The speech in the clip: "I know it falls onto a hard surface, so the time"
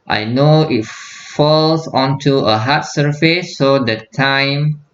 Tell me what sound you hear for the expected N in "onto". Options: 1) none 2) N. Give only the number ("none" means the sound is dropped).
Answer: 2